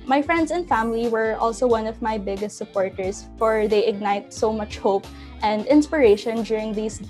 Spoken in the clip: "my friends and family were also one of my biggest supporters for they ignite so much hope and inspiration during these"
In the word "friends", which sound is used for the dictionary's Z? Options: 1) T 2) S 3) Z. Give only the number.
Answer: 2